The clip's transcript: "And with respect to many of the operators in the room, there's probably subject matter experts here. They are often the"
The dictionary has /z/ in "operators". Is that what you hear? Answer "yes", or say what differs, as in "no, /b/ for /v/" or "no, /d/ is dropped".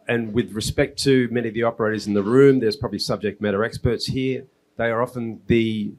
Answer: yes